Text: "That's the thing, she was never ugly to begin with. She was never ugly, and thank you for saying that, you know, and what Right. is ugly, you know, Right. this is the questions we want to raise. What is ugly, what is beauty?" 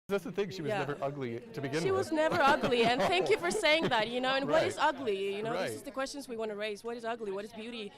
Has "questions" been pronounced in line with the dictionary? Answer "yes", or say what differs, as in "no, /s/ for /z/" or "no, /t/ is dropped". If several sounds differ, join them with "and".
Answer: yes